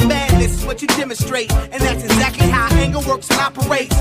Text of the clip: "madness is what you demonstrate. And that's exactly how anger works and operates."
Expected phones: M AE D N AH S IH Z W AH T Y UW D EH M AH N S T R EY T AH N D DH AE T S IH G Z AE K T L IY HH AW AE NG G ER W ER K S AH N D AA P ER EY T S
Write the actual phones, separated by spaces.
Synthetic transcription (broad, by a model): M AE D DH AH S IH Z W AH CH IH D EH M AH N S T R EY T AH N DH AE T S IH G Z AE K T L IY HH AW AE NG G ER W ER K S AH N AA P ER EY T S